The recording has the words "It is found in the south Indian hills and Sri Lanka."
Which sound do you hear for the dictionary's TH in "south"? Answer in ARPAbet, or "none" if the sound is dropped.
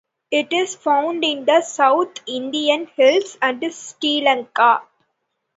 T